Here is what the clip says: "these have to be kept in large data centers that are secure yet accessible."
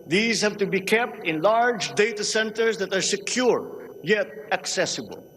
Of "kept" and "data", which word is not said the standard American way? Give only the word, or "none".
none